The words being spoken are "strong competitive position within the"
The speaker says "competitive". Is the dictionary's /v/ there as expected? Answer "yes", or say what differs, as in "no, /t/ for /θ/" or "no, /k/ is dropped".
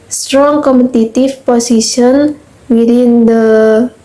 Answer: no, /f/ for /v/